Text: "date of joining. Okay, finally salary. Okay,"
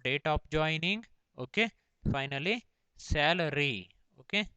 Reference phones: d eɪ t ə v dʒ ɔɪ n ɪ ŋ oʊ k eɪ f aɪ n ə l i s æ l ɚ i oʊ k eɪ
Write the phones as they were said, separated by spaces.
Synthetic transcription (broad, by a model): d eɪ t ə p dʒ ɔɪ n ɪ ŋ oʊ k eɪ f aɪ n ə l i s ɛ l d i oʊ k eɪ